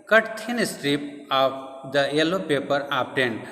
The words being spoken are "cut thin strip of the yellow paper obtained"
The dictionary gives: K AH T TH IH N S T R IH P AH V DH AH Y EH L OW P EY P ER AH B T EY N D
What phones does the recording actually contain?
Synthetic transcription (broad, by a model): K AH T T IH N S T R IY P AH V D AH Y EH L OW P EY P ER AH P T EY N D